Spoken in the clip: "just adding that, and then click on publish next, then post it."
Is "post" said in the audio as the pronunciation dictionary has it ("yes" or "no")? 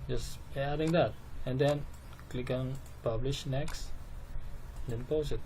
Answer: no